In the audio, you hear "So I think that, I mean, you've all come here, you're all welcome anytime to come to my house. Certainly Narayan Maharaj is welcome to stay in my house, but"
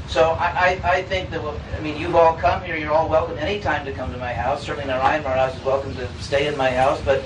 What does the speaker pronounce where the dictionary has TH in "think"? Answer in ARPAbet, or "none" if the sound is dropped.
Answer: TH